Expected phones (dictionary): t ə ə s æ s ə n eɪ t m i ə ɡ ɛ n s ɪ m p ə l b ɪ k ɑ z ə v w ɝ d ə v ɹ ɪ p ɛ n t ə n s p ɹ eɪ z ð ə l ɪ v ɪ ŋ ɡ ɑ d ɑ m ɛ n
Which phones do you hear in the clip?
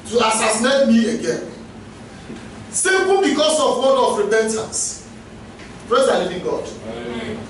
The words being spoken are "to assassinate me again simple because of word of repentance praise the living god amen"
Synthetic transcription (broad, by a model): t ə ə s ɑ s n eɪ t m i ə ɡ ɛ n s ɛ p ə n b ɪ k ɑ s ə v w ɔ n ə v ɹ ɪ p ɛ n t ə n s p ɹ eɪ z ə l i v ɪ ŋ ɡ ɑ d